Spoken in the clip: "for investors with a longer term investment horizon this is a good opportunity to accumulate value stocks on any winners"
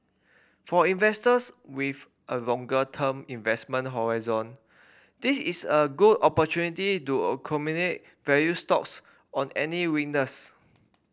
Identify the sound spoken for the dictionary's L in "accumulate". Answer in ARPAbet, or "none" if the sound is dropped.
N